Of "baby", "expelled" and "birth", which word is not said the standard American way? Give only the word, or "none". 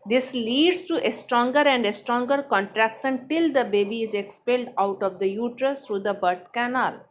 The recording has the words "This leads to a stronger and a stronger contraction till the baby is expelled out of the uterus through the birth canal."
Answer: birth